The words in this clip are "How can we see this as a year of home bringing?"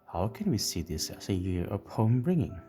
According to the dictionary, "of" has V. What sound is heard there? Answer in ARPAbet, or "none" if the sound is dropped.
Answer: P